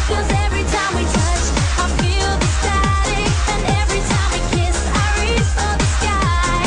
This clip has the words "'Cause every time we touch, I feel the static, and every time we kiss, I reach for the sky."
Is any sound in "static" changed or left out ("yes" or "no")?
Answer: yes